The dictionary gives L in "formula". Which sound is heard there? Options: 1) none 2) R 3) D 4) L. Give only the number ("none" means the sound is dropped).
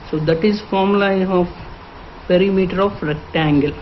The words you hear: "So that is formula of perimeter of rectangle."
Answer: 1